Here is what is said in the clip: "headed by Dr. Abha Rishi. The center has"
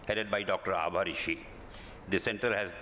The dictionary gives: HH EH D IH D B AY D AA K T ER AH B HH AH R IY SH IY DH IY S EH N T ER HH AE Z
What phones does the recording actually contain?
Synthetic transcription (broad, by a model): HH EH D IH D B AY D AA K T ER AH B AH R IY SH IY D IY S EH N T ER HH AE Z